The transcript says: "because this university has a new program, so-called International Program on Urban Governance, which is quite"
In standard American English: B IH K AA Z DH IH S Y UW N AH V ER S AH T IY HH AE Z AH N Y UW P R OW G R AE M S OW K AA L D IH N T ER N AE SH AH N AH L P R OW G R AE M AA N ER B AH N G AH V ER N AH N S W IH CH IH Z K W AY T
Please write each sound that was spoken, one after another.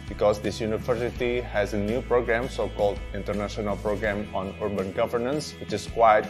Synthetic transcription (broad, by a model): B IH K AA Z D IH S Y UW N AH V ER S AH T IY HH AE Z AH N Y UW P R OW G R AE M S OW K AA L D IH N T ER N AE SH AH N AH L P R OW G R AE M AA N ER B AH N G AH V ER N AH N S W IH CH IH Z K W AY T